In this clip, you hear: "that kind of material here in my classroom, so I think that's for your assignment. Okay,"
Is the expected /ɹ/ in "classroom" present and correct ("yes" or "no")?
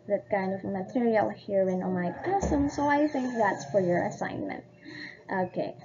no